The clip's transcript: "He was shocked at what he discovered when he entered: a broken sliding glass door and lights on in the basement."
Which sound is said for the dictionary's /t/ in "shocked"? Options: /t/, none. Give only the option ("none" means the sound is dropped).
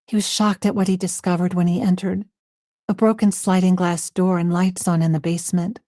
/t/